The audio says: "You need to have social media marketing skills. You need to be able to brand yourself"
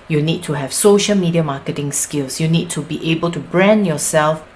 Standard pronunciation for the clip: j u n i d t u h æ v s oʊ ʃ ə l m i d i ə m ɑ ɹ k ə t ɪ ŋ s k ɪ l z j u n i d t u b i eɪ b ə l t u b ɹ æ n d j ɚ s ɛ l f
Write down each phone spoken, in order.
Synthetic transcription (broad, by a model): j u n i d t u h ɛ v s oʊ ʃ ə l m i d i ə m ɑ k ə t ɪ ŋ s k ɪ l s j u n i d t u b i eɪ b ə l t u b ɹ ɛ n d j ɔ s ɛ l f